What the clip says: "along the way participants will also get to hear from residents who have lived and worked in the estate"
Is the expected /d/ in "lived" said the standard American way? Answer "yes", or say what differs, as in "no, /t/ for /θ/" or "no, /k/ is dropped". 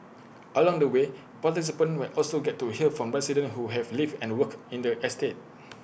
no, /d/ is dropped